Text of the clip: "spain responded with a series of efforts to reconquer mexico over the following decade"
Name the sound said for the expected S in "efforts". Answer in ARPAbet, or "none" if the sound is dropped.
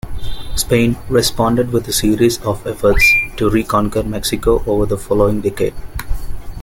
S